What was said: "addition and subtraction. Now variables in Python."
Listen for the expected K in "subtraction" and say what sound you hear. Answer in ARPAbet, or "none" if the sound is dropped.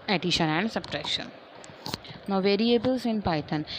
none